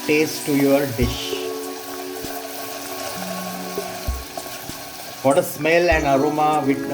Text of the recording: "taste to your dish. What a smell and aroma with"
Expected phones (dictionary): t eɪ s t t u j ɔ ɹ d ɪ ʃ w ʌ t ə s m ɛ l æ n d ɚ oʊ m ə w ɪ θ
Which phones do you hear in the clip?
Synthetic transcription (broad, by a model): t eɪ s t t u j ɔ ɹ d ɪ ʃ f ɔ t ə s m ɛ l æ n d ɚ oʊ m ə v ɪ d